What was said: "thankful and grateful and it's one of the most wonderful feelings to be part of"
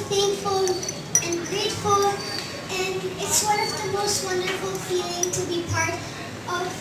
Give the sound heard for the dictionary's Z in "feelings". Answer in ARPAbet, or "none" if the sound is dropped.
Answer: none